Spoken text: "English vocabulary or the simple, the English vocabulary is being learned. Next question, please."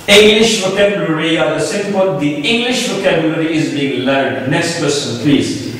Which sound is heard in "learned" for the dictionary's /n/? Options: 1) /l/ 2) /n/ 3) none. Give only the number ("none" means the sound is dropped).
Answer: 3